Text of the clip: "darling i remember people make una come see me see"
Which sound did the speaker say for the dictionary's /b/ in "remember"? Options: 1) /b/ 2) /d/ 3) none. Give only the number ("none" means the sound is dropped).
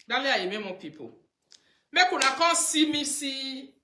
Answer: 3